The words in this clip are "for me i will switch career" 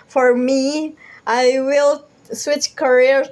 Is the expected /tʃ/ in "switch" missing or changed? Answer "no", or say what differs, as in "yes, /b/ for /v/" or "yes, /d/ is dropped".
no